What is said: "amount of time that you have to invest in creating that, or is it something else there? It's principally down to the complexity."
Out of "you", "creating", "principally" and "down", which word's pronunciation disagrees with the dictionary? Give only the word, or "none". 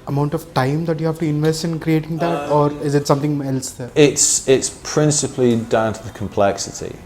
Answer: none